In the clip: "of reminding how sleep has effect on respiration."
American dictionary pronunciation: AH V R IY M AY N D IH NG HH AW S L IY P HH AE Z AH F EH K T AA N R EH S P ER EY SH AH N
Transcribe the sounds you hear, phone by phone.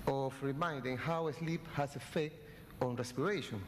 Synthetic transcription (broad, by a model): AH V R IY M AY N D IH NG HH AW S L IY P HH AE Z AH F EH T AA N R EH S P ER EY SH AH N